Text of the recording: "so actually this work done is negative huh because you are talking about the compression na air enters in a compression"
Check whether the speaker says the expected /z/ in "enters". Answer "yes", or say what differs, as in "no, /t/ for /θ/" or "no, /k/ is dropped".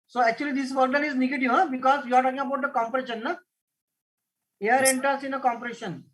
no, /s/ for /z/